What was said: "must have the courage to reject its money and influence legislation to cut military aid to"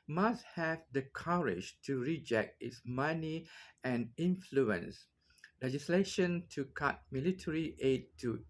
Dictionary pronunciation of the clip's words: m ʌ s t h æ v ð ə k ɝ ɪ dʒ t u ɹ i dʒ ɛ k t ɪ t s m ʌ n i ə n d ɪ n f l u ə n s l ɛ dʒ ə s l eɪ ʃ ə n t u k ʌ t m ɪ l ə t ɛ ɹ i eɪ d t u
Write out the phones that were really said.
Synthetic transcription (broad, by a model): m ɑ s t h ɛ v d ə k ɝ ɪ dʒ t u ɹ i dʒ ɛ k t ɪ t s m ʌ n i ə n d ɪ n f l u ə n s l ɛ dʒ ə s l eɪ ʃ ə n t u k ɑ t m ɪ l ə t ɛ ɹ i eɪ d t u